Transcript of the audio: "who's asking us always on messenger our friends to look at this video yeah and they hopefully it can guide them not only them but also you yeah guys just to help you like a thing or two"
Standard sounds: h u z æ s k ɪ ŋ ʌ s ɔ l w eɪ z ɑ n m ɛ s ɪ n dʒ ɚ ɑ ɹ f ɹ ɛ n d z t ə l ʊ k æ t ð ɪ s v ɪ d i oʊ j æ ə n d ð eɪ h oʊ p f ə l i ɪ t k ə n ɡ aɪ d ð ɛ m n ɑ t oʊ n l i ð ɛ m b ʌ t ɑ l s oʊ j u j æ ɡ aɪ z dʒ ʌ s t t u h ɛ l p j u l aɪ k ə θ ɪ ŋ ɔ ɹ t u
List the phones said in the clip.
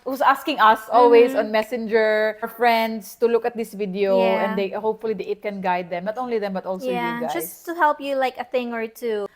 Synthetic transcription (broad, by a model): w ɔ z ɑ s k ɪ ŋ ʌ s ɔ l w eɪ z ɑ n m ɛ s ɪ n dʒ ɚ ɹ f ɹ ɛ n d s t ə l ʊ k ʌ t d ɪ s v ɪ d i oʊ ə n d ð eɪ h oʊ p f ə l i ɪ t k ə n ɡ aɪ d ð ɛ m n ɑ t oʊ n l i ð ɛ m b ʌ t ɑ l s oʊ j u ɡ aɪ dʒ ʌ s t t u h ɛ l p j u l aɪ k ə θ ɪ ŋ ɔ ɹ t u